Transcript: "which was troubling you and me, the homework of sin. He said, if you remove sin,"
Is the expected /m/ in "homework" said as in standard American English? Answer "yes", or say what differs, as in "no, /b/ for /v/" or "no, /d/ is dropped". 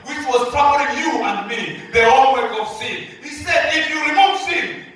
no, /m/ is dropped